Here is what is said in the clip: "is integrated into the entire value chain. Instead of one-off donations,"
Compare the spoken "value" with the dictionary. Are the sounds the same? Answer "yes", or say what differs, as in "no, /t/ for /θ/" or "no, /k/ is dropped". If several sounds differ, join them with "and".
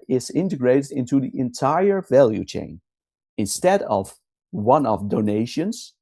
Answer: yes